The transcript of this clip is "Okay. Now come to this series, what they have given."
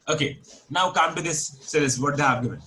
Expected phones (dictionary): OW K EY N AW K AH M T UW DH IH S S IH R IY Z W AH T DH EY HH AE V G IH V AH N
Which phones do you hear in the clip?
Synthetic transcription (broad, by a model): OW K EY N AW K AH M T UW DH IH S S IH L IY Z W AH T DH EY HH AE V G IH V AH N